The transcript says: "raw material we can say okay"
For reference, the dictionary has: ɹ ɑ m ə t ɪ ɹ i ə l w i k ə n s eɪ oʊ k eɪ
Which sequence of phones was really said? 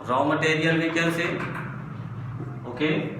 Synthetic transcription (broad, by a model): ɹ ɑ m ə t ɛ ɹ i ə l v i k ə l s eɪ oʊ k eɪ